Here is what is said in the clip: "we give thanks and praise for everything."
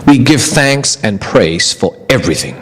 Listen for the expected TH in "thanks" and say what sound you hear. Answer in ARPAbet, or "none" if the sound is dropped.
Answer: TH